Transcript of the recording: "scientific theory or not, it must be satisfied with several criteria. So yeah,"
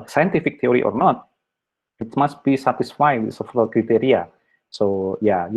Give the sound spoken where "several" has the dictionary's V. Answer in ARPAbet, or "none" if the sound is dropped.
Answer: F